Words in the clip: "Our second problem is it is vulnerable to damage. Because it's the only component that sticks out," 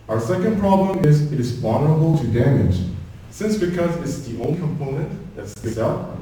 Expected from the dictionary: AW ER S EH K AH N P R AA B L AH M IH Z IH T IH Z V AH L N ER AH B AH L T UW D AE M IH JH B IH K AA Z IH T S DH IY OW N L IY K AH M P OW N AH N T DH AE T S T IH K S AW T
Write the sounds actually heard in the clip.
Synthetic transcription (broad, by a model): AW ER S EH K AH N P R AA B L AH M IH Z IH T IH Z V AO N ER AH B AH L T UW D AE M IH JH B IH K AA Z IH T S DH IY OW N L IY K AH M P OW N AH N T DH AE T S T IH S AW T